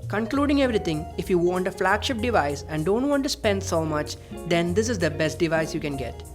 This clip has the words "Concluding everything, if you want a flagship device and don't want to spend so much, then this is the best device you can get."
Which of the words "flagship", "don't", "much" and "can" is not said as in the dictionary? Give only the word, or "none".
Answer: none